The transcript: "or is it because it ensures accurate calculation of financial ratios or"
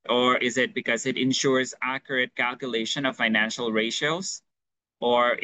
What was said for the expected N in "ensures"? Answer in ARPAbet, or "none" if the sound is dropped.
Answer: N